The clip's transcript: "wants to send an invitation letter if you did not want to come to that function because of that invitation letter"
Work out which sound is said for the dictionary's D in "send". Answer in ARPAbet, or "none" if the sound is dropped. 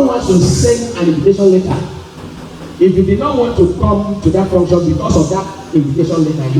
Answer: none